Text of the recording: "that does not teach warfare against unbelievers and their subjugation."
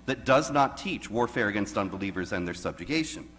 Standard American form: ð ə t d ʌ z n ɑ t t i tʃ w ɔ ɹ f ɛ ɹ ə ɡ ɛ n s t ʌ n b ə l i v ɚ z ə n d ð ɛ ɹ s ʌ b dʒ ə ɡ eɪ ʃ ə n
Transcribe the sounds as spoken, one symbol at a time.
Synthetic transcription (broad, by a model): ð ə t d ʌ z n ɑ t t i tʃ w ɔ ɹ f ɛ ɹ ə ɡ ɛ n s t ʌ n b ə l i v ɚ z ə n ð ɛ ɹ s ʌ b dʒ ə ɡ eɪ ʃ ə n